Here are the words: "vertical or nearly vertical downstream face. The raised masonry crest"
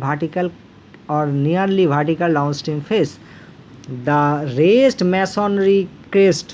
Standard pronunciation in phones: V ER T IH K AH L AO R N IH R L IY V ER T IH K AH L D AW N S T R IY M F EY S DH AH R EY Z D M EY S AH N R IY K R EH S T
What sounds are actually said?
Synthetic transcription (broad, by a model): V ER T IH K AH L AO R N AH R L IY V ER T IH K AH L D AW N S T IY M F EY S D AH R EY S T M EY S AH N R IY K R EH S T